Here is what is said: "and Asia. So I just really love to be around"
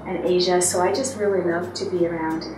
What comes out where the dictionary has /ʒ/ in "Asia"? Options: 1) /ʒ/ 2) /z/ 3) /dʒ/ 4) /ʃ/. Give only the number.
1